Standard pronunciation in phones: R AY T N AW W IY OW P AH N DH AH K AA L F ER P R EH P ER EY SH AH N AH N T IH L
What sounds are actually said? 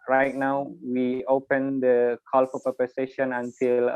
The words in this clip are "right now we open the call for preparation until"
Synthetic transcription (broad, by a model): R AY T N AW W IY OW P AH N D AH K AA L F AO P AH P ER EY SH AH N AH N T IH L